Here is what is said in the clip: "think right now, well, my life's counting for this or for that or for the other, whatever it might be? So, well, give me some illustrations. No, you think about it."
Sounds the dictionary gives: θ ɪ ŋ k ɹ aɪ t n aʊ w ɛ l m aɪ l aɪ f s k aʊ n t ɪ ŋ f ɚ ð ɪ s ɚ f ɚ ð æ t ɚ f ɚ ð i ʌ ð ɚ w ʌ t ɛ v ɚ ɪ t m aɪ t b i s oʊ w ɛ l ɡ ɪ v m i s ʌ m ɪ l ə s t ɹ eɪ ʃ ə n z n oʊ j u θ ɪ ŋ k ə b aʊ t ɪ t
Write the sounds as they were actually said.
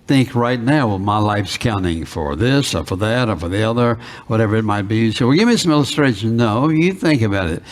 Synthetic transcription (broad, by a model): θ ɪ ŋ k ɹ aɪ t n aʊ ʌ m aɪ l aɪ f s k aʊ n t ɪ ŋ f ɚ ð ɪ s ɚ f ɚ ð æ t ɚ f ɚ ð i ʌ ð ɚ w ʌ t ɛ v ɚ ɪ t m aɪ t b i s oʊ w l ɡ ɪ v m i s ʌ m ɪ l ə s t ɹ eɪ ʃ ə n n oʊ j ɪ θ ɪ ŋ k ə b aʊ t ɪ t